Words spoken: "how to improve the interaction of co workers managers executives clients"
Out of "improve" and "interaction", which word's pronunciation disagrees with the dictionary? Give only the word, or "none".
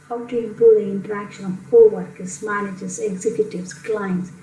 improve